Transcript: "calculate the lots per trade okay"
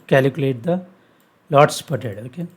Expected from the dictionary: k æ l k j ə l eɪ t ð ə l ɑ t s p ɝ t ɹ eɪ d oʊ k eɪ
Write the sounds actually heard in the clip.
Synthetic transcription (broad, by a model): k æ l k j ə l eɪ t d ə l ɑ t s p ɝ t eɪ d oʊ k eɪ